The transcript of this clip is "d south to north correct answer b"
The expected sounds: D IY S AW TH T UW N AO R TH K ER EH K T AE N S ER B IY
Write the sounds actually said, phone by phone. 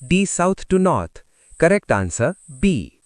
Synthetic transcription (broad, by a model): D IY S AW T T UW N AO R T K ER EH K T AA N S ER B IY